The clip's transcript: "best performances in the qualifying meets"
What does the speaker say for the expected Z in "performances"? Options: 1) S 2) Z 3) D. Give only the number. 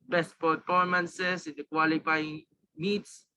1